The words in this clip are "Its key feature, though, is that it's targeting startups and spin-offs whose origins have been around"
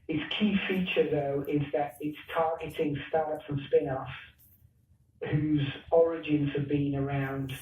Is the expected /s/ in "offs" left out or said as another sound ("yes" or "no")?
yes